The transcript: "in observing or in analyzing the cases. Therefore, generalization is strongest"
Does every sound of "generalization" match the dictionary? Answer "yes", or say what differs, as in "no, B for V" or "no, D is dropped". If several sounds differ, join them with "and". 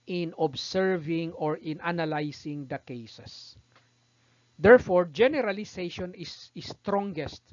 no, S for Z